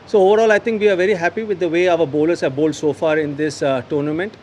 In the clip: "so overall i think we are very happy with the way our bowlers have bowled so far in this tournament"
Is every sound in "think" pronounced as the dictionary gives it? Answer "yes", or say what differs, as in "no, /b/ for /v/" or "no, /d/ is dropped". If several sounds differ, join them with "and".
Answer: no, /t/ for /θ/